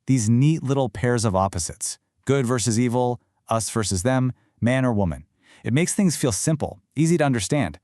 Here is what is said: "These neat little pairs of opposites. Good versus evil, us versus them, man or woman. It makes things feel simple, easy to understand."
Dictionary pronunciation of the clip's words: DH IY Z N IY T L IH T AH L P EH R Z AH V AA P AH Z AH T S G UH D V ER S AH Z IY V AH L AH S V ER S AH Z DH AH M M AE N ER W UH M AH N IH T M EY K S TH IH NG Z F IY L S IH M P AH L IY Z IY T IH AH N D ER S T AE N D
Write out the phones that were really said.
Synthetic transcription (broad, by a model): DH IY Z N IY T L IH T L P EH R Z AH V AA P AH Z AH T S G UH D V ER S AH Z IY V L AH S V ER S AH Z DH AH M M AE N ER W UH M AH N IH T M EY K S TH IH NG Z F IY L S IH M P L IY Z IY T IH AH N D ER S T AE N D